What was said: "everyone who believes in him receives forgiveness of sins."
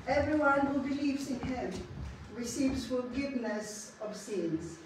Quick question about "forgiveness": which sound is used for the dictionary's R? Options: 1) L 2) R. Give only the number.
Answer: 1